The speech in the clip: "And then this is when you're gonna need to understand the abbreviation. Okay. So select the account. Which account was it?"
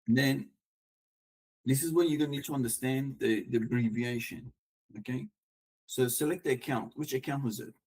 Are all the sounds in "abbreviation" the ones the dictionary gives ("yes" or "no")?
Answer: yes